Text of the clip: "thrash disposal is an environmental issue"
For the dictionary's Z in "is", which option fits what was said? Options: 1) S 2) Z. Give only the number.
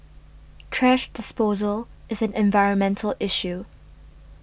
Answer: 2